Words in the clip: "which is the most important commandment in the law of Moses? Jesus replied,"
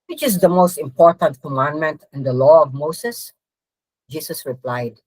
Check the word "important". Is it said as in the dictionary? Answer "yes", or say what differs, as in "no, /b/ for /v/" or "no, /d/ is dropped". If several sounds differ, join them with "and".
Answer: yes